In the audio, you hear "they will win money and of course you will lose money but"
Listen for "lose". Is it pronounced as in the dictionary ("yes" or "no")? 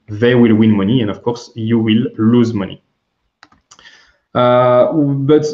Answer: yes